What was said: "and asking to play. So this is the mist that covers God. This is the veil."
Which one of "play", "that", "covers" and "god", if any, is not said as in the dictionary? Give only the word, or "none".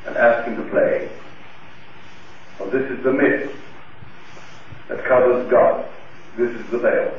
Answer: none